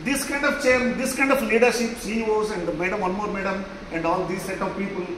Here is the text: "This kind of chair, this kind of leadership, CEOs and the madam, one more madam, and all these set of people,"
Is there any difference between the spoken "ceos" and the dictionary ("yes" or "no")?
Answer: yes